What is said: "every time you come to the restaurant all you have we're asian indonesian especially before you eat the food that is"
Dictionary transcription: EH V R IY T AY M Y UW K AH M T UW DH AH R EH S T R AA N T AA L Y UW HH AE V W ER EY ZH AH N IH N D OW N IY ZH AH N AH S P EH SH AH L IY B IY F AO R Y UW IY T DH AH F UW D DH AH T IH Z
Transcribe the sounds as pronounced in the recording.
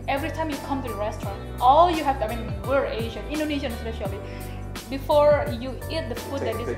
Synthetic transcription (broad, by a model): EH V R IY T AY M Y UW K AH M T UW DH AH R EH S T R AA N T AA L Y UW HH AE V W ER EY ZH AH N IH N D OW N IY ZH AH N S EH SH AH L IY B IY F AO R Y UW IY T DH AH F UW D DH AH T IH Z